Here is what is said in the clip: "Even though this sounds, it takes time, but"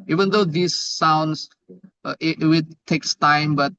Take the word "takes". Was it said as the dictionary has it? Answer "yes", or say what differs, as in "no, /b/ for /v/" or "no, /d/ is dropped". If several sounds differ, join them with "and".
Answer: yes